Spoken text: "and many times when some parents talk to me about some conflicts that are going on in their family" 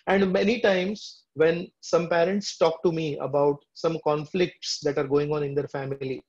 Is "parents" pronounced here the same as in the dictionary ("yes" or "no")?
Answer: yes